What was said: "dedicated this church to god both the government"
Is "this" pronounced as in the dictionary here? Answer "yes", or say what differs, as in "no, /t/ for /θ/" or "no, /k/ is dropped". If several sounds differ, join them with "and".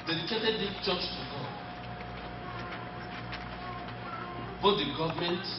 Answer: no, /s/ is dropped